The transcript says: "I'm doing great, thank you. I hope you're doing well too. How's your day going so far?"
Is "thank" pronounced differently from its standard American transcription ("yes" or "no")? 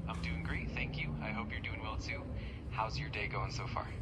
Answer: no